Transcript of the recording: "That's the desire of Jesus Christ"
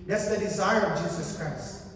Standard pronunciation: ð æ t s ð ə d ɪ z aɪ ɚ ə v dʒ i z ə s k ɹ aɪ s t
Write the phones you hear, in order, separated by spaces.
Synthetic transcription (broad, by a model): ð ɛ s ð ə d ɪ z aɪ ɚ ə v dʒ i z ə s k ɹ aɪ s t